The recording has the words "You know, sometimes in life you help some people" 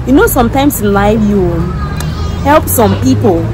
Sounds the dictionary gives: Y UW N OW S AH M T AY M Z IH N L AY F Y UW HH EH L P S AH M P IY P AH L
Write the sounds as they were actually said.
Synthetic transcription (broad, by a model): Y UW N OW S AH M T AY M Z IH N L AY F Y UW HH EH L P S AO M P IY P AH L